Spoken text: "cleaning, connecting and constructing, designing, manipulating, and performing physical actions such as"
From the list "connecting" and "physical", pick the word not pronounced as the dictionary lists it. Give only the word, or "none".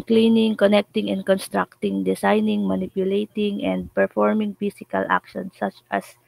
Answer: physical